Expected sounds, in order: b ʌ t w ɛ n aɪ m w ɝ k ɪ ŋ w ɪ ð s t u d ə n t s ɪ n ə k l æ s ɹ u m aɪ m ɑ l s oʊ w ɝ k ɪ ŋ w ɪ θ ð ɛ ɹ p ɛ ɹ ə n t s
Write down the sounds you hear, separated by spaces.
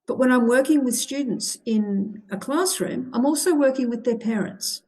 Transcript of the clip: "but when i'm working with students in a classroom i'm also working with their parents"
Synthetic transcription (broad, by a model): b ʌ t w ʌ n aɪ m w ɝ k ɪ ŋ w ɪ ð s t u d n t s ɪ n ə k l æ s ɹ u m aɪ m ɑ l s oʊ w ɝ k ɪ ŋ w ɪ ð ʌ ɹ p ɛ ɹ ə n t s